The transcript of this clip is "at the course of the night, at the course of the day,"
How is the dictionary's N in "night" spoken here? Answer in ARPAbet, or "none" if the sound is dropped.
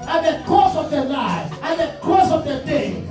L